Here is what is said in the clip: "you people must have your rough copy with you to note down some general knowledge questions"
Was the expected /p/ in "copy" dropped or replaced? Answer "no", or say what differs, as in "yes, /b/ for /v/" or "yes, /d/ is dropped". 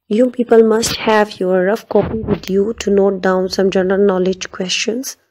no